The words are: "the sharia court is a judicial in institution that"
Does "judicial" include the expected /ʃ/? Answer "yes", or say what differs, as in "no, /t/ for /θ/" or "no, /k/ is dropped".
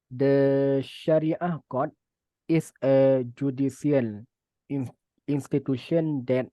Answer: no, /s/ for /ʃ/